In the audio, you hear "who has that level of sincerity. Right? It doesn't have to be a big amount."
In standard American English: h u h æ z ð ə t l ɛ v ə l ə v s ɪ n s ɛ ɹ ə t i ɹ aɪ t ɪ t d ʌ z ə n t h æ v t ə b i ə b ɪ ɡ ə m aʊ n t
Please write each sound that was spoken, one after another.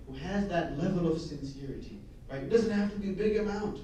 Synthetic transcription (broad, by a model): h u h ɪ z ð ə t l ɛ v ə l ə v s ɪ n s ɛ ɹ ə t i ɹ aɪ t ɪ t d ʌ z ə n t h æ f t ə b i ə b ɪ ɡ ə m aʊ n t